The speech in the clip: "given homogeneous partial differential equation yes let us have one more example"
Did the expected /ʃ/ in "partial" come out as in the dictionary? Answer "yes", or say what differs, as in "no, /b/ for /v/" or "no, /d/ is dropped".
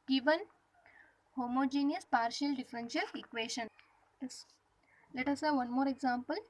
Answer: yes